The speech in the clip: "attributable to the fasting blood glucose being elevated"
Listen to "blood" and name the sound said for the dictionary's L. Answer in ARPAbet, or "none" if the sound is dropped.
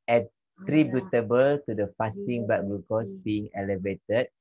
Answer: none